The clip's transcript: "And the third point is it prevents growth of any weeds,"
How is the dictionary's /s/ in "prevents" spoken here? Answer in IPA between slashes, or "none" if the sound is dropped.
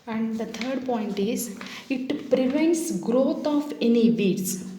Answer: /s/